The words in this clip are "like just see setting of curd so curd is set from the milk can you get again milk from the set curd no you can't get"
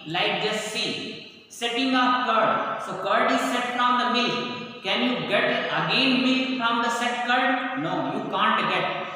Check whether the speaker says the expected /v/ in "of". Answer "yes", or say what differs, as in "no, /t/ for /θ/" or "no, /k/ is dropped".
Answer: no, /p/ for /v/